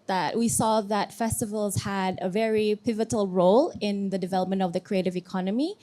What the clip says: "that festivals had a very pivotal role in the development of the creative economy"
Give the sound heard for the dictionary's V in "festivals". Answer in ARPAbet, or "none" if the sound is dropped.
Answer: V